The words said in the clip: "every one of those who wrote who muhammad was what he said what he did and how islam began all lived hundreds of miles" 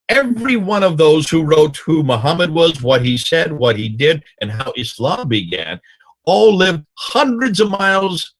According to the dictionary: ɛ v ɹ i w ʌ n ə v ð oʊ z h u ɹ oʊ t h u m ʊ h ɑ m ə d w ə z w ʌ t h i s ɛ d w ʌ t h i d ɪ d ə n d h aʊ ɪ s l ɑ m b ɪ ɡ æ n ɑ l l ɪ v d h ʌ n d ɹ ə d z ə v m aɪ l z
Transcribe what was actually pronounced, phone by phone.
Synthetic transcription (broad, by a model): ɛ v ɹ i w ʌ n ə v ð oʊ z h u ɹ oʊ t h u m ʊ h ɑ m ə d w ə z w ʌ t h i s ɛ d w ʌ t h i d ɪ d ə n h aʊ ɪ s l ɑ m b ɪ ɡ æ n ɑ l l ɪ v d h ʌ n d ɹ ə d z ə v m aɪ l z